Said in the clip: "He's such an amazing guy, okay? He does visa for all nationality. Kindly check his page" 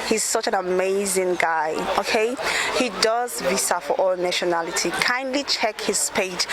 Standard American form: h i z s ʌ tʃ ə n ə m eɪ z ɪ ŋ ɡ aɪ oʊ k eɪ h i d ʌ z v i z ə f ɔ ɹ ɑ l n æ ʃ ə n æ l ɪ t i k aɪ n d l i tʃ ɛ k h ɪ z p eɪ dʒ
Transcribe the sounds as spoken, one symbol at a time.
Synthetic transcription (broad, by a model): h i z s ʌ tʃ ə n ə m eɪ z ɪ ŋ ɡ aɪ oʊ k eɪ h i d ʌ z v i s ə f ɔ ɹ ɑ l n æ ʃ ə n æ l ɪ t i k aɪ n d l i tʃ ɛ k h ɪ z p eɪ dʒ